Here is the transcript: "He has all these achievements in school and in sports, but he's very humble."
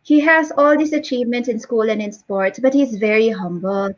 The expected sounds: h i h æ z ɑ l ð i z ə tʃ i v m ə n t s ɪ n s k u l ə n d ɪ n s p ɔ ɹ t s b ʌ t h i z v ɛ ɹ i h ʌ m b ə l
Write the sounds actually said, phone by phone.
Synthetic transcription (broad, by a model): h i h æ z ɑ l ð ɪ s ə tʃ i v m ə n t ɪ n s k u l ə n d ɪ n s p ɔ ɹ t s b ʌ t h i z v ɛ ɹ i h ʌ m b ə l